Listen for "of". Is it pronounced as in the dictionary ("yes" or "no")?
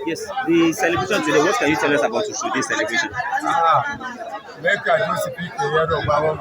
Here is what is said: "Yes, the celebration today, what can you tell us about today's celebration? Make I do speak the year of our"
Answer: no